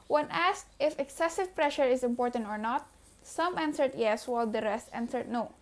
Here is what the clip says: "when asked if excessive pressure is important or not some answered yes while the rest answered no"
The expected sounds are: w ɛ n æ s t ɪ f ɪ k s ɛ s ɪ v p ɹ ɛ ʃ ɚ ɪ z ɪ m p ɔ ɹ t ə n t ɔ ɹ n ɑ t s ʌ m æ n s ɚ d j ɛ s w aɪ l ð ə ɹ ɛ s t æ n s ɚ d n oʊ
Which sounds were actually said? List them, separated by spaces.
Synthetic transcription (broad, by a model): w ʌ n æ s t ɪ f ɪ k s ɛ s ɪ v p ɹ ɛ ʃ ɚ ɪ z ɪ m p ɔ ɹ t ə n t ɔ ɹ n ɑ t s ʌ m æ n s ɚ d j ɛ s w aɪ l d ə ɹ ɛ s t æ n s ɚ d n oʊ